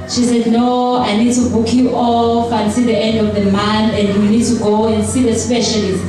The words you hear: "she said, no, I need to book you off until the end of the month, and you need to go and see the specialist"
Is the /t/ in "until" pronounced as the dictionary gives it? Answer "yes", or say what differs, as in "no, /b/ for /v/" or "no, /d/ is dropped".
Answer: no, /s/ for /t/